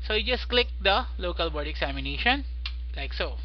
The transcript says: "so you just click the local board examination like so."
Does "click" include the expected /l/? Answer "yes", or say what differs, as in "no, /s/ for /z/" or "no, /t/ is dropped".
yes